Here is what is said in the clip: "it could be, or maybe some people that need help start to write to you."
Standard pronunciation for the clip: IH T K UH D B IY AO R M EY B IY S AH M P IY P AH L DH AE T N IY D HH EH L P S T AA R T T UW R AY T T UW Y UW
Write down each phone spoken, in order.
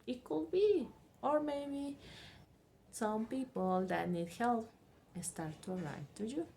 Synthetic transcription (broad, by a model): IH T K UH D B IY AO R M EY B IY S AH M P IY P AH L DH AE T N IY D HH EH L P S T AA R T T UW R AY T T UW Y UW